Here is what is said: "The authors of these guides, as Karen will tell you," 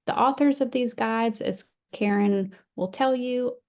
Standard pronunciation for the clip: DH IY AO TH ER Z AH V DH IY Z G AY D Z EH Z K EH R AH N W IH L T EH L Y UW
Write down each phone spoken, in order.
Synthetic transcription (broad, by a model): DH IY AO TH ER Z AH V DH IY Z G AY D Z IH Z K EH R AH N W IH L T EH L Y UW